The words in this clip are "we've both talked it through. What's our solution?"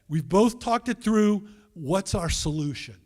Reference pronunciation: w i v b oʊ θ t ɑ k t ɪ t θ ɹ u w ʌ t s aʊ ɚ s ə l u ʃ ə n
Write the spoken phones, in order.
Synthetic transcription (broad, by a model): w i v b oʊ θ t ɑ k t ɪ t θ ɹ u w ʌ t s aʊ ɚ s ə l u ʃ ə n